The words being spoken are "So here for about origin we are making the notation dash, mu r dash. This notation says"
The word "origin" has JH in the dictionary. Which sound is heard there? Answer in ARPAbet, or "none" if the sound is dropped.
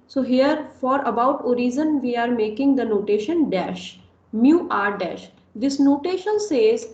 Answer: Z